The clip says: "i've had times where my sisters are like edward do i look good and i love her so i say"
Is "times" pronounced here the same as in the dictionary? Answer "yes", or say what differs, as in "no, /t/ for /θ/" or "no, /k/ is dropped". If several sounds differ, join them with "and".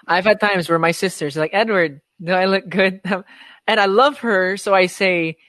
yes